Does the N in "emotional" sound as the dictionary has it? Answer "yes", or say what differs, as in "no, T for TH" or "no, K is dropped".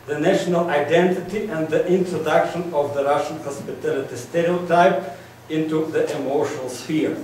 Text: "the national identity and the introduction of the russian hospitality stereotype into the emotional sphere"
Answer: no, N is dropped